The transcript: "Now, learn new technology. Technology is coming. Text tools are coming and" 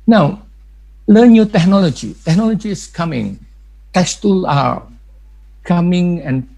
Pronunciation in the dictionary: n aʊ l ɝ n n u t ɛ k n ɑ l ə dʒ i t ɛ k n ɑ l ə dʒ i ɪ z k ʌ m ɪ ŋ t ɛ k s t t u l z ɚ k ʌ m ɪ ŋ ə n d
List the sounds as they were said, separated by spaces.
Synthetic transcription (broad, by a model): n aʊ l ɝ n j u t ɛ k n ɑ l ə dʒ i t ɛ k n ɑ l ə dʒ i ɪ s k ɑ m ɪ ŋ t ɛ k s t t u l ɑ k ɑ m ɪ ŋ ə n